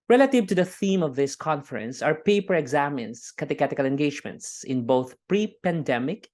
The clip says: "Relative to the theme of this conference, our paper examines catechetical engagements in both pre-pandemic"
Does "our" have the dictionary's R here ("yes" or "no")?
yes